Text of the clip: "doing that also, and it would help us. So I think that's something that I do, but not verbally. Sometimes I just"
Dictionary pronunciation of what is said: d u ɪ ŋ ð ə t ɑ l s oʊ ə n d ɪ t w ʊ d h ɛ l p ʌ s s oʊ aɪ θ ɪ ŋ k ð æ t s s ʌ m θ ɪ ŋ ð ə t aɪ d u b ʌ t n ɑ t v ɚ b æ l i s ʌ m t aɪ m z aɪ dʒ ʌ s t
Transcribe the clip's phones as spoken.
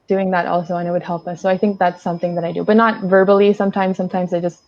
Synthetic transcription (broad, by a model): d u ɪ ŋ ð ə t ɑ l s oʊ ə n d ɪ t w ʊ d h ɛ l p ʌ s s oʊ aɪ θ ɪ ŋ k ð æ t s s ʌ m θ ɪ ŋ ð ə t aɪ d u b ʌ t n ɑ t v ɚ b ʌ l i s ʌ m t aɪ m z aɪ dʒ ʌ s t